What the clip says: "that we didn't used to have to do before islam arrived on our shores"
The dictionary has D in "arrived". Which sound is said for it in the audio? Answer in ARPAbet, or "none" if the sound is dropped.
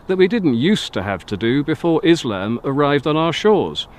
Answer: D